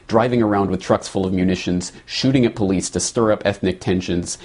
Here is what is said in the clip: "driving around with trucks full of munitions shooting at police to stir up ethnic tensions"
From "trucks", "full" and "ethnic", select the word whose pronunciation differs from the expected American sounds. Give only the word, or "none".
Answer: none